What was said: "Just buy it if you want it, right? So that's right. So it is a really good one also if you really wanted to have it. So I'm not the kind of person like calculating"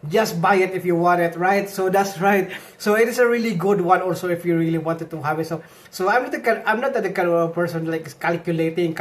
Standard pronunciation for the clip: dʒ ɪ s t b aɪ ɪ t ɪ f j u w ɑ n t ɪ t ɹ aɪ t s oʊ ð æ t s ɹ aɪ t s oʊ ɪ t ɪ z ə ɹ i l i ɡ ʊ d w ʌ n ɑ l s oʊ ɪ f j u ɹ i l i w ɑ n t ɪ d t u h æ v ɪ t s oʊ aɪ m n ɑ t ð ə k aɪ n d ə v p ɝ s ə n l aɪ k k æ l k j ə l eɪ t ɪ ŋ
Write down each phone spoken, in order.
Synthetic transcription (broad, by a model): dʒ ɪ s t b aɪ ɪ t ɪ f j u w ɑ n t ɪ t ɹ aɪ t s oʊ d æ t s ɹ aɪ t s oʊ ɪ t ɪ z ə ɹ i l i ɡ ʊ d w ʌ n ɑ l s oʊ ɪ f j u ɹ i l i w ɑ n t ɪ d t u h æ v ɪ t s oʊ aɪ m n ɑ t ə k aɪ n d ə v p ɝ s ə n l aɪ k k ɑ l k j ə l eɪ t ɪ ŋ